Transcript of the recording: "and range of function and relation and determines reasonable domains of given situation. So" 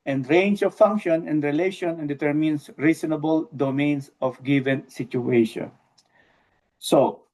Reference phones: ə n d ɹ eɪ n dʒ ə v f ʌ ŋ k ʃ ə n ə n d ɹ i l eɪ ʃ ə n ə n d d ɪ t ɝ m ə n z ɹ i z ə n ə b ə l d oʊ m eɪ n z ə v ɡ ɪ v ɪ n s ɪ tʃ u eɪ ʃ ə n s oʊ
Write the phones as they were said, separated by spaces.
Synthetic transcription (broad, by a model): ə n d ɹ eɪ n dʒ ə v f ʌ ŋ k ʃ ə n ə n d ɹ i l eɪ ʃ ə n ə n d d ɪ t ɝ m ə n s ɹ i s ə n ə b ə l d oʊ m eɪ n s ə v ɡ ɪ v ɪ n s ɪ tʃ u eɪ ʃ ə n s oʊ